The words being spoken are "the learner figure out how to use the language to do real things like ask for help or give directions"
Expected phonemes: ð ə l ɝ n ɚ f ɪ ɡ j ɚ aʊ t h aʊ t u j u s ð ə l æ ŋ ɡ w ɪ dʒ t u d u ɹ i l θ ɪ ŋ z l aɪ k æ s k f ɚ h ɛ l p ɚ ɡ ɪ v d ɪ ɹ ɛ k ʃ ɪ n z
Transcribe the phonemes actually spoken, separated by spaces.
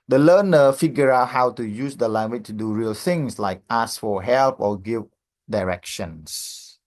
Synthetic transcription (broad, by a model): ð ə l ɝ n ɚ f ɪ ɡ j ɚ aʊ t h aʊ t u j u s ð ə l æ ŋ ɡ w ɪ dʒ t u d u ɹ i l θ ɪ ŋ s l aɪ k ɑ s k f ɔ h ɛ l p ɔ ɡ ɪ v d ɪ ɹ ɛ k ʃ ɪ n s